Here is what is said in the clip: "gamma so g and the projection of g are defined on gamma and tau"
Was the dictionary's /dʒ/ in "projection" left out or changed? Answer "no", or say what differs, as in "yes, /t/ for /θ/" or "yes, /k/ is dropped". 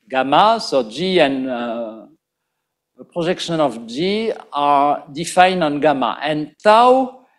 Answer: yes, /ʒ/ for /dʒ/